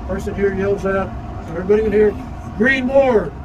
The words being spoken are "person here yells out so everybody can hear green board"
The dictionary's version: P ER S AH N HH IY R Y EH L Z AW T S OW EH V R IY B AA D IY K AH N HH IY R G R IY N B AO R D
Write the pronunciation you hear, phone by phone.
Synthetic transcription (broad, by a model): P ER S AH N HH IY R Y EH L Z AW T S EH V IY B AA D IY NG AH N HH IY R G R IY N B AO R